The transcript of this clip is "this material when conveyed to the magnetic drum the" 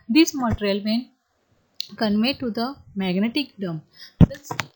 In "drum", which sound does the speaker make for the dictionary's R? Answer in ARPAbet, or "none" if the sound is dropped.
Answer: none